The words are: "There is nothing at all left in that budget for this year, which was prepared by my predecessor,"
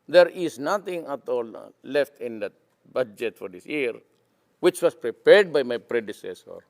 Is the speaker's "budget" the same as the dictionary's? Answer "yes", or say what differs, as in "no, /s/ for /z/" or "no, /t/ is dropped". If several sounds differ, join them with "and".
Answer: yes